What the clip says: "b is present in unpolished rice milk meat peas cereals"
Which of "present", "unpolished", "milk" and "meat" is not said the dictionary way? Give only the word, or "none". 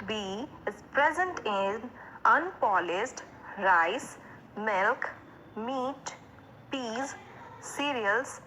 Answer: unpolished